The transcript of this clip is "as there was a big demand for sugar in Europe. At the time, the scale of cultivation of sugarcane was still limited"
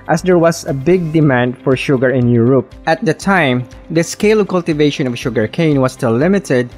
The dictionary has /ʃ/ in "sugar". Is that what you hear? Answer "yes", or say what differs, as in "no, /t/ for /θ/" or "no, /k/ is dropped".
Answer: yes